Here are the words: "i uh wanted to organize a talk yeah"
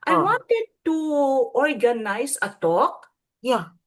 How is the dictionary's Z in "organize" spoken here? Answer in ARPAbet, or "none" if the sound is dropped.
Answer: S